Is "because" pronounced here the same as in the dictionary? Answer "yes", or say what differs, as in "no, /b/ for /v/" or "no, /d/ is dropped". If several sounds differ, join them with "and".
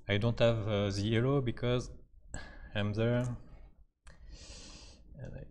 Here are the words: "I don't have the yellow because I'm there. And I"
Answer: yes